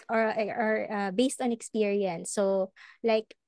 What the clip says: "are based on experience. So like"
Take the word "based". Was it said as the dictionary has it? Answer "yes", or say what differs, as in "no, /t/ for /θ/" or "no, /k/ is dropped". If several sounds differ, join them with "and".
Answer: yes